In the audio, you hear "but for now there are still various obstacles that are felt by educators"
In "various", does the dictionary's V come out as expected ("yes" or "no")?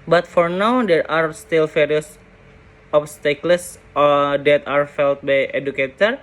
no